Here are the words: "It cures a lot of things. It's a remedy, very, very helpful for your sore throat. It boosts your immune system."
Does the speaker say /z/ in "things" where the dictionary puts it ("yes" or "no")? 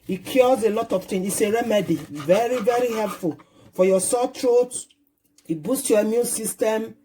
no